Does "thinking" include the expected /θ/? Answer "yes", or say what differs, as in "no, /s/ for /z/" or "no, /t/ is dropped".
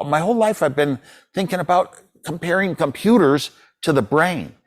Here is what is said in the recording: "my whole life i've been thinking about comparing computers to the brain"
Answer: yes